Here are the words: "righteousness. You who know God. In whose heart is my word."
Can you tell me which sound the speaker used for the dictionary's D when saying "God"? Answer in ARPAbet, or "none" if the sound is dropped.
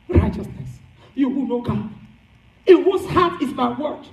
none